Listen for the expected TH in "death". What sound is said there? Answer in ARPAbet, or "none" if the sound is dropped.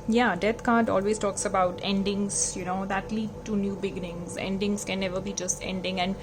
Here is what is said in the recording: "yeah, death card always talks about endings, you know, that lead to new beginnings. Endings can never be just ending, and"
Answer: T